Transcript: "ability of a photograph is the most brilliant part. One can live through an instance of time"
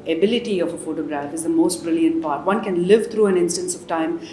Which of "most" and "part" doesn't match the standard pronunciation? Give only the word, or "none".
none